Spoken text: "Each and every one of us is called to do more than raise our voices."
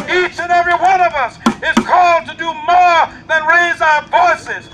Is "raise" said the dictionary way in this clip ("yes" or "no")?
yes